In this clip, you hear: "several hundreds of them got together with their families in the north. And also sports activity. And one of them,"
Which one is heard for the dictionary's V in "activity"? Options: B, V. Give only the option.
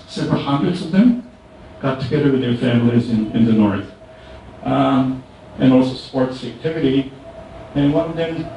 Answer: V